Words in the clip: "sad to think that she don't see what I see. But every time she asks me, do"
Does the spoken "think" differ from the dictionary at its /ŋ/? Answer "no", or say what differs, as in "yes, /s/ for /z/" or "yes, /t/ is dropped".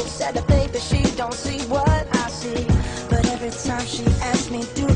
yes, /ŋ/ is dropped